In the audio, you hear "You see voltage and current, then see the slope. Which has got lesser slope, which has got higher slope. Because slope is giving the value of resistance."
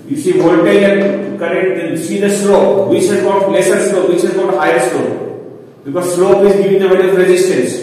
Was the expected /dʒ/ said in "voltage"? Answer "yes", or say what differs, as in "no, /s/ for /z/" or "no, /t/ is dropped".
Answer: no, /dʒ/ is dropped